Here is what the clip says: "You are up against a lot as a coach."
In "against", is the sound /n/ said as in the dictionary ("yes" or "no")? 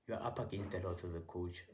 yes